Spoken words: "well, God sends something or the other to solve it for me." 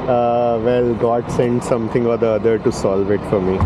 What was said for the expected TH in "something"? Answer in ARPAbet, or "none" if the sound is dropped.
T